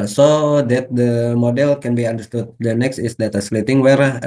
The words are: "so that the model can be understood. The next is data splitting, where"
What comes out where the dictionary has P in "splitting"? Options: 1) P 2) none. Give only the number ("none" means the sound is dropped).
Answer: 2